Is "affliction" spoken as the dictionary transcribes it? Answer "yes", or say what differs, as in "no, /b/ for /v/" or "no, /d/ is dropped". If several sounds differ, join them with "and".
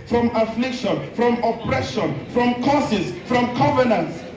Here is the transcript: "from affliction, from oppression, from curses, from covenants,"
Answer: yes